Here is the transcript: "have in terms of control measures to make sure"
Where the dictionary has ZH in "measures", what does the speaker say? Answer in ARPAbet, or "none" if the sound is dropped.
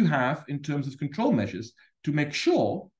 ZH